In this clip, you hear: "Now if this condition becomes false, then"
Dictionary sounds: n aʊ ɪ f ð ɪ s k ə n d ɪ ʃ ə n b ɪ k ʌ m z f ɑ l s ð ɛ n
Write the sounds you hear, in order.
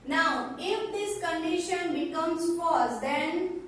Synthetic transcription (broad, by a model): n aʊ ɪ f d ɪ s k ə n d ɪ ʃ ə n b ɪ k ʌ m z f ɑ s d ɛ n